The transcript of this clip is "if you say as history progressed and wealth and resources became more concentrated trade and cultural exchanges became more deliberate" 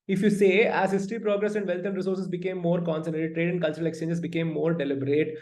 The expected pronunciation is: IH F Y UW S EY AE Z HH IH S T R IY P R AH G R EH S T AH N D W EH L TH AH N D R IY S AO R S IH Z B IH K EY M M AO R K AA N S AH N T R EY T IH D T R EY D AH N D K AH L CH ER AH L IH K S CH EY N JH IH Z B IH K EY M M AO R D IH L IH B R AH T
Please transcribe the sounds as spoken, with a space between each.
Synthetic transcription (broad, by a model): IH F Y UW S EY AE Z HH IH S T R IY P R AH G R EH S AH N D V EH L T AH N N R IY S AO R S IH S B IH K EY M M AO R K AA N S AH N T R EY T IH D T R EY D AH N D K AH L CH ER AH L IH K S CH EY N JH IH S B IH K EY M M AO R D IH L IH B R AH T